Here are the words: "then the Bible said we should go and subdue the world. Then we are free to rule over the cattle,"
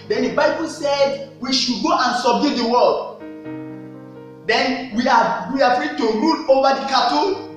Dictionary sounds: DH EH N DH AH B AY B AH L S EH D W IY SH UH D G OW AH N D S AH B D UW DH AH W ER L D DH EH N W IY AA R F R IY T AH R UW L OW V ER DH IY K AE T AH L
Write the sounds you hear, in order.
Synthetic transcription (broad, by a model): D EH N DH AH B AY B AH L S EH D W IY SH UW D G OW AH N S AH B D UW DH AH W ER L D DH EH N W IY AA W F R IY T AH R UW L OW V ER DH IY K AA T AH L